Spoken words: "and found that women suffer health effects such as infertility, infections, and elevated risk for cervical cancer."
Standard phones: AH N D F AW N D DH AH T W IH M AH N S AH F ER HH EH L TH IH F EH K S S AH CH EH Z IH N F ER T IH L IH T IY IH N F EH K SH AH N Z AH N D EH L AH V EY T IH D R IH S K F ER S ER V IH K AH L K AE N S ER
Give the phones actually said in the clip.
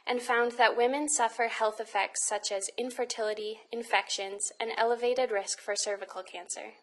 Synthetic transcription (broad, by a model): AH N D F AW N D DH AH T W IH M AH N S AH F ER HH EH L TH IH F EH K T S AH CH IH Z IH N F ER T IH L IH T IY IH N F EH K SH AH N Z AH N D EH L AH V EY T IH D R IH S K F ER S ER V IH K L K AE N S ER